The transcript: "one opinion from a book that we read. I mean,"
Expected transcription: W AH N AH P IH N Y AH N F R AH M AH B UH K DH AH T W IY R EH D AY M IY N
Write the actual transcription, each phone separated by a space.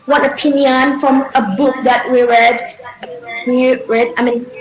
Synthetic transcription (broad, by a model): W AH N AH P IH N Y AH N F R AH M AH B UH K DH AH T W IY R EH D AY M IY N